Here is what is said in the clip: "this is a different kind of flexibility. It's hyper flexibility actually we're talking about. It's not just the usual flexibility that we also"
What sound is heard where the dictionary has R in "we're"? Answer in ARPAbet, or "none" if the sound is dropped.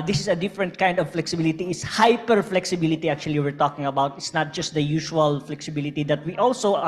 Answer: R